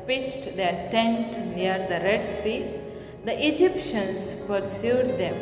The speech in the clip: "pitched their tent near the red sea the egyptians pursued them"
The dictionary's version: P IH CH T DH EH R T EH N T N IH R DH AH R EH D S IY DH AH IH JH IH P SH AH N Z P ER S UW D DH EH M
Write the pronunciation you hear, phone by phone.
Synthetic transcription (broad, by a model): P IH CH T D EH R T EH N T N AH R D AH R EH D S IY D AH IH JH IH P SH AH N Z P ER S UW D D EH M